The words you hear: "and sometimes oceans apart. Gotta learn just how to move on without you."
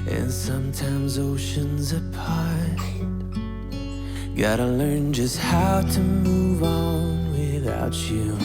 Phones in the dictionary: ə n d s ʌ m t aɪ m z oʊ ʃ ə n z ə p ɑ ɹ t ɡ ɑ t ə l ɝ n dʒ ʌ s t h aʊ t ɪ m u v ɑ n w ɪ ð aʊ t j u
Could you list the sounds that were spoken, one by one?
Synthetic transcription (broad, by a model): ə n s ʌ m t aɪ m z oʊ ʃ ə n z ə p ɑ ɹ t ɡ ɑ t ə l ɝ n dʒ ʌ s t h aʊ t ɪ m u v n w ɪ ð aʊ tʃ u